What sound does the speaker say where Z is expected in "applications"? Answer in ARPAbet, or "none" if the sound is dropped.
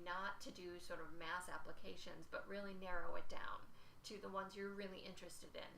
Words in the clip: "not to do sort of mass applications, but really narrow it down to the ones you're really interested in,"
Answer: Z